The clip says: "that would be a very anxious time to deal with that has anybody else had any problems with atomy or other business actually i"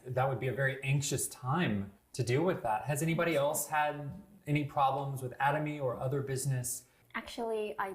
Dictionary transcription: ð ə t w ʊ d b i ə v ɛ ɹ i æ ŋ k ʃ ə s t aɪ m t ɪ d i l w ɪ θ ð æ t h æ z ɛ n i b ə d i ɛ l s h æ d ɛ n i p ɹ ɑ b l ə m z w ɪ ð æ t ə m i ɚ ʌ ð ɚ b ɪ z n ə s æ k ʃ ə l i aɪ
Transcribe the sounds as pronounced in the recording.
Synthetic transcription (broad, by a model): ð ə t w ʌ d b i ə v ɛ ɹ i æ ŋ k ʃ ə s t aɪ m t ɪ d i l w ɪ ð æ t h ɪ z ɛ n i b ə d i ɛ l s h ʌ d ɛ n i p ɹ ɑ b l ə m z w ɪ ð æ t ə m i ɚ ʌ ð ɚ b ɪ z n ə s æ k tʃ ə l i aɪ